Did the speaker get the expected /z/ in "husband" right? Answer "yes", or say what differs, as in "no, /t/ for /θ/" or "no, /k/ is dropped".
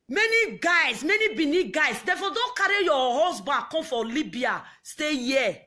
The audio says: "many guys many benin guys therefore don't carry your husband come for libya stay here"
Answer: no, /s/ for /z/